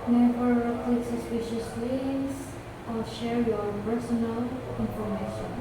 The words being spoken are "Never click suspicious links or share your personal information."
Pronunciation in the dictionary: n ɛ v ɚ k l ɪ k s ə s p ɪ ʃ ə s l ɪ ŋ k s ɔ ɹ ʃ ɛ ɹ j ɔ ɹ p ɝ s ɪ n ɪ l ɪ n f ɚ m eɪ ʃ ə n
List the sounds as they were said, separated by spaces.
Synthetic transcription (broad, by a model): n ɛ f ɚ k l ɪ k s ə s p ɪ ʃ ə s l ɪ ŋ s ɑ l ʃ ɛ ɹ j ɔ ɹ p ɝ s ɪ n ɪ l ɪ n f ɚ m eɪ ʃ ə n